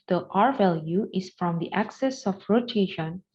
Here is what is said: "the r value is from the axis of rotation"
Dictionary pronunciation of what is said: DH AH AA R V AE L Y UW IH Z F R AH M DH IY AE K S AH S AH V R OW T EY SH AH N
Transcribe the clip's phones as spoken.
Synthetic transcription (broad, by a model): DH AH AA R V AE L Y UW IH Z F R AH M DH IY AE K S AH S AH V R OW T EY SH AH N